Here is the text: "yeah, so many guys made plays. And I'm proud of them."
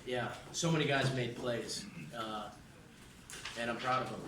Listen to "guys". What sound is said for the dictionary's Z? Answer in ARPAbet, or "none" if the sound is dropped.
Z